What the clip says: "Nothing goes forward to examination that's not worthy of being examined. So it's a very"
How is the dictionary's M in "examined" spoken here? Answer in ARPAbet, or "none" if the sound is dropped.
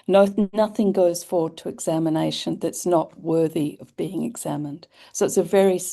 M